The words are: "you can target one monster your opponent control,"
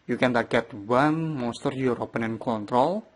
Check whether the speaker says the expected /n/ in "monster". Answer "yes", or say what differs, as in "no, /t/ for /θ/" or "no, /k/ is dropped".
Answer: no, /n/ is dropped